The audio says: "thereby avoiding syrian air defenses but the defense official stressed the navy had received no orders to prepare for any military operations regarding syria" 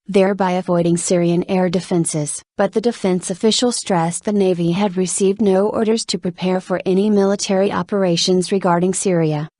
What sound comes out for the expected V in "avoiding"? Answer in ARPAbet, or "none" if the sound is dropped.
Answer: V